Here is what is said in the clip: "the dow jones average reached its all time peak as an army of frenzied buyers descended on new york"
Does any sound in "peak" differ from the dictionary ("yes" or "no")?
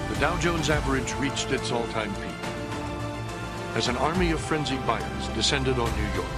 yes